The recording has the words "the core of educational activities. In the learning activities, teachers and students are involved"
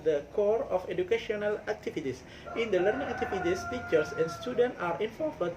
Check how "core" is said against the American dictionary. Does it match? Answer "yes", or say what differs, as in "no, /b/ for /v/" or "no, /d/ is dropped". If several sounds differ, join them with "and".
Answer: yes